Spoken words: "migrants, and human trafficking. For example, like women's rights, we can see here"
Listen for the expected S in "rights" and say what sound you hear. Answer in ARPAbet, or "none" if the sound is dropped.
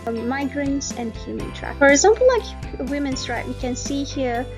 none